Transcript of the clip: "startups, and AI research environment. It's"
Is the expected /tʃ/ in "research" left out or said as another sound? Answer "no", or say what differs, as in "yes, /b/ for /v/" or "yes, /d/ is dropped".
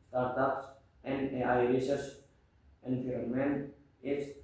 yes, /s/ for /tʃ/